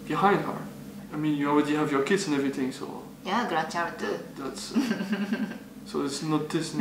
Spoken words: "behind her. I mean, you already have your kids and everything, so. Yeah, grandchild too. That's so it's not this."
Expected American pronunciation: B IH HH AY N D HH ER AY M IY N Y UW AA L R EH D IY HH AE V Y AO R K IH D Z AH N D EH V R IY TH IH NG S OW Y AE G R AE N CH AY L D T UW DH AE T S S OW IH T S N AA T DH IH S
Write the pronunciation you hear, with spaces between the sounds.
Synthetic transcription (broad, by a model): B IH HH AY N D HH ER AY M IY N Y UW AA L R EH D IY HH AE V Y AO R K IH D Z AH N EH V R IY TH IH NG S OW Y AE G R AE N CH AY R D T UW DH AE T S S OW IH T S N AA T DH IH S